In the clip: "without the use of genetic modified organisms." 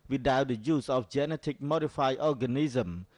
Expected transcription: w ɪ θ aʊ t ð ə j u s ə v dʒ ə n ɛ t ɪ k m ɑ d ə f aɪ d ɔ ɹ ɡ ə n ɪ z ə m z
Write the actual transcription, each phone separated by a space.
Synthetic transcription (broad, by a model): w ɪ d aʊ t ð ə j u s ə f dʒ ə n ɛ t ɪ k m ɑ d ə f aɪ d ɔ ɡ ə n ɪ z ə m